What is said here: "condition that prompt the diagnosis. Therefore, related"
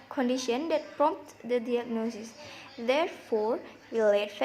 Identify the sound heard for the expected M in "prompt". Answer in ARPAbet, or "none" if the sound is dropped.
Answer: M